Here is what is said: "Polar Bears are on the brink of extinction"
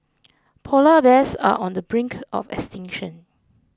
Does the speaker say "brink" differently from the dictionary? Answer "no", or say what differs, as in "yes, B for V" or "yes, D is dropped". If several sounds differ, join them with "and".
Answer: no